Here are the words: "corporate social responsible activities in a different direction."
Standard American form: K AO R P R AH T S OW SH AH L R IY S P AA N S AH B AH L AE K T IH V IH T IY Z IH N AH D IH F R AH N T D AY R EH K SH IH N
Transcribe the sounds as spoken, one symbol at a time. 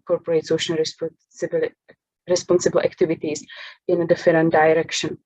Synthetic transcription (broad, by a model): K AO R P R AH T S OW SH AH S R IY S P AA N S AH B AH L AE K T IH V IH T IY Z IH N AH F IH R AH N D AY R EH K SH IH N